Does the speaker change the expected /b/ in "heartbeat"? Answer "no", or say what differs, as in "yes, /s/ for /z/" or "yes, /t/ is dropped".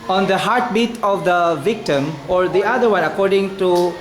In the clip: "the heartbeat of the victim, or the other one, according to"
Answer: no